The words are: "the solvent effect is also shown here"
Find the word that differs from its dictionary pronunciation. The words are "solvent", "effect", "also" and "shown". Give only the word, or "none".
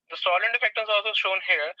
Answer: solvent